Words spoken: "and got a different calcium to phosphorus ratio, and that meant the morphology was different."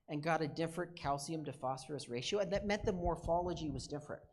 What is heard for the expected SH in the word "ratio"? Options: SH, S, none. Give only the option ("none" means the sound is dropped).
SH